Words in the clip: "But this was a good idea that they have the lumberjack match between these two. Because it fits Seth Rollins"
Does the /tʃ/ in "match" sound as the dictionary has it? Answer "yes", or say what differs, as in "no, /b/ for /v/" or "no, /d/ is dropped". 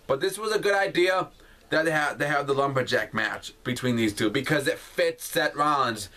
yes